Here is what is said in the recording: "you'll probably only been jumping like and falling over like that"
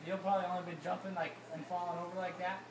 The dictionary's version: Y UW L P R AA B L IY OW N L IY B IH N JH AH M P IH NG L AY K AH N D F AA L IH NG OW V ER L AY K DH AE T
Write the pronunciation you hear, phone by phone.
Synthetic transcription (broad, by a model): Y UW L P R AA B L IY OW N IY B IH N JH AH M P IH NG L AY K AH N F AA L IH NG OW V ER L AY K DH AE T